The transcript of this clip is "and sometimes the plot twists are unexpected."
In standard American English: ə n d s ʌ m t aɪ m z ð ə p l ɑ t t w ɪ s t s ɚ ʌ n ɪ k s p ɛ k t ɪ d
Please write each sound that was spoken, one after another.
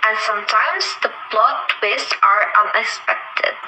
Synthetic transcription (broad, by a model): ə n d s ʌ m t aɪ m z ð ə b l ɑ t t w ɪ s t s ɚ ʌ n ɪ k s p ɛ k t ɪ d